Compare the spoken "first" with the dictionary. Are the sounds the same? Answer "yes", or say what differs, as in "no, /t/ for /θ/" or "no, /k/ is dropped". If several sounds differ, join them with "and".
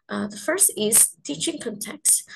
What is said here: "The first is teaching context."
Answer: yes